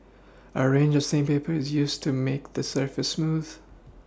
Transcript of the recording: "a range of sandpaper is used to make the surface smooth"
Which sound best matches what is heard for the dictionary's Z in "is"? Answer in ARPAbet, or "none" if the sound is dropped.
Z